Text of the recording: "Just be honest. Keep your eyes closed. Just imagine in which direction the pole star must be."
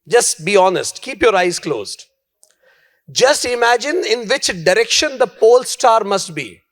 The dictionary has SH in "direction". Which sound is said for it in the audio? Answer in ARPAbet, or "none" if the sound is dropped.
SH